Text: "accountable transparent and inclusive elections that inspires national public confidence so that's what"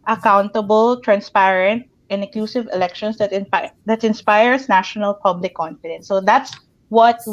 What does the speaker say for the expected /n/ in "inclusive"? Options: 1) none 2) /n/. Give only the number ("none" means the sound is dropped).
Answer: 1